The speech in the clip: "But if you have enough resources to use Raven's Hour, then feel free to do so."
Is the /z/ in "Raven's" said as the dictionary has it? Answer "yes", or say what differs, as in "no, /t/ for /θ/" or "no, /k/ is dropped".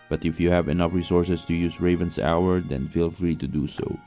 no, /s/ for /z/